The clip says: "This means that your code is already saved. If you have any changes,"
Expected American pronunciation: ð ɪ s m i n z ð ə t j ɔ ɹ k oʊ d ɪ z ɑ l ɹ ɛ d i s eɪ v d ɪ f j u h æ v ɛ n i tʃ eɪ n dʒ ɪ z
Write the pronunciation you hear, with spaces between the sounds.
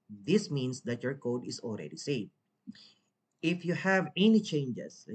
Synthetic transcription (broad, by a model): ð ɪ s m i n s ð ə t j ɔ ɹ k oʊ d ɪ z ɑ l ɹ ɛ d i s eɪ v ɪ f j u h æ v ɛ n i tʃ eɪ n dʒ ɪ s